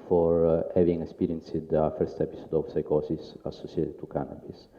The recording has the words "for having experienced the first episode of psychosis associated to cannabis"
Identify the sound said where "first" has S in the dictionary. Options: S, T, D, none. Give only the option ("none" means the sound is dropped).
S